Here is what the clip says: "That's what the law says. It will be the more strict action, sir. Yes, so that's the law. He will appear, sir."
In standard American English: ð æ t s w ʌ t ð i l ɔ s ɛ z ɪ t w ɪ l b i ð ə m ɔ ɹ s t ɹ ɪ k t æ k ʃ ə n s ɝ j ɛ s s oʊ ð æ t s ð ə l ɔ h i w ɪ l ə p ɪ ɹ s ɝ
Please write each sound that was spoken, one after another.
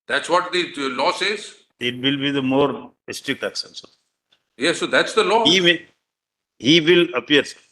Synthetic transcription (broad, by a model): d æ t s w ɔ t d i l ɔ s ɛ z ɪ t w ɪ l b i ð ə m ɔ ɹ s t ɹ ɪ k t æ k s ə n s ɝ j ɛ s s oʊ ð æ t s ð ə l ɔ h i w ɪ l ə p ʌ ɹ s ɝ